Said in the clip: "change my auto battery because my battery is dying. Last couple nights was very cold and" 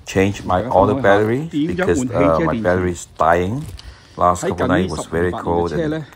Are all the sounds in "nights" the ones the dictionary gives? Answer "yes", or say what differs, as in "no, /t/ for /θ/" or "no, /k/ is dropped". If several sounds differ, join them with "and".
no, /s/ is dropped